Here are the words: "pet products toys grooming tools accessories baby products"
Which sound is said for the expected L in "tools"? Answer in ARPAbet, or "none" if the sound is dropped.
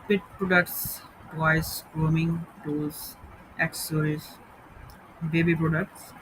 none